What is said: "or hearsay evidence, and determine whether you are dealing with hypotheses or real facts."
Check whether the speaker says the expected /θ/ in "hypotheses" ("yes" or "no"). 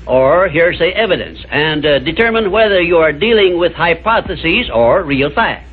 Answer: yes